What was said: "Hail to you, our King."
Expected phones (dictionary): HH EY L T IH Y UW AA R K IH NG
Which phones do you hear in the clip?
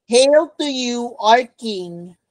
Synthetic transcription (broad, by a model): HH EY L T IH Y UW AA R K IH NG